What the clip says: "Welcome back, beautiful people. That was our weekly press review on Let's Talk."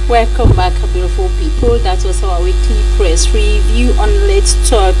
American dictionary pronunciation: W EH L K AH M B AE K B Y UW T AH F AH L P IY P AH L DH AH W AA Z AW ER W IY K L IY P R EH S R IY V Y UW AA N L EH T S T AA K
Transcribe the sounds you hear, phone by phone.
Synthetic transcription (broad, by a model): W EH L K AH M B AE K B Y UW T AH F AH L P IY P AH L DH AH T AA S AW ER W IY K L IY P R EH S R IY V Y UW AA N L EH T T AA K